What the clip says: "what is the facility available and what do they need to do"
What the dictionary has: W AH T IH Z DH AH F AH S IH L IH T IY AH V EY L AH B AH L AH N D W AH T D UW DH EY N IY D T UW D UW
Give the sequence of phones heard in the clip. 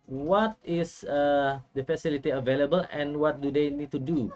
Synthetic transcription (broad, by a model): W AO T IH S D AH F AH S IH L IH T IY AH V EY L AH B AH L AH N W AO T D UW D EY N IY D T UW D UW